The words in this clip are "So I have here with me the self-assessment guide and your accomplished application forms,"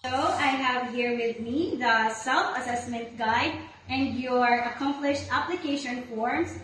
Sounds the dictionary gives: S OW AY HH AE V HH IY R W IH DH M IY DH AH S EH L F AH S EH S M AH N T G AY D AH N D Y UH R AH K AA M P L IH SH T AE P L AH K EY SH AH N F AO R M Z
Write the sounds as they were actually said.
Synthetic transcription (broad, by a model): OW AY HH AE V HH IY R W IH DH M IY DH AH S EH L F AH S EH S M AH N T G AY D AH N D Y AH R AH K AA M P L IH SH T AE P L AH K EY SH AH N F AO R M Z